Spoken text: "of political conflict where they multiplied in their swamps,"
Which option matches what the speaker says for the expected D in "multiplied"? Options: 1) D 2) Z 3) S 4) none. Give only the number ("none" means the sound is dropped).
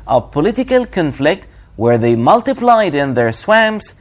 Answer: 1